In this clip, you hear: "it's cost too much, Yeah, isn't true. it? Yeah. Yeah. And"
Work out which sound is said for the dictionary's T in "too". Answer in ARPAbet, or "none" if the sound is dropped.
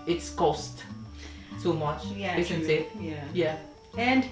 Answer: S